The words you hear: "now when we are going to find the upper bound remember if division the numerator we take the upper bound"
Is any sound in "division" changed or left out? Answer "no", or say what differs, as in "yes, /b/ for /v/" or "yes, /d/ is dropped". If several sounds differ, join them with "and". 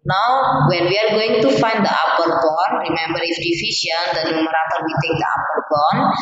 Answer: yes, /s/ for /ʒ/